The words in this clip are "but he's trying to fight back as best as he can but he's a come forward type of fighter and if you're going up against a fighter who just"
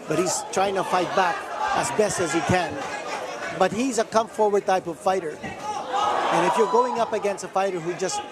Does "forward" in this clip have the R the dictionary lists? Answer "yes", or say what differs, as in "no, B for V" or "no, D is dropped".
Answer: yes